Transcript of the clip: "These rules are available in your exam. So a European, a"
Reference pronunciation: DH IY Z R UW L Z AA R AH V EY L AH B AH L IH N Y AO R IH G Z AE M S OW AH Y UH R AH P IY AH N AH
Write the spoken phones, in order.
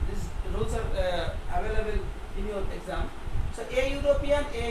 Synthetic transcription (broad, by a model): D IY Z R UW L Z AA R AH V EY L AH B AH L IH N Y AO L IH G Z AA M S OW AH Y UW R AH P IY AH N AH